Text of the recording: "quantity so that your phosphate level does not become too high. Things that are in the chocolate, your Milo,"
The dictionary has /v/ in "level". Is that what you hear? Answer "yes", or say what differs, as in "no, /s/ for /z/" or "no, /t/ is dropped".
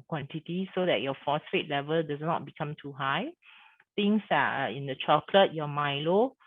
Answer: yes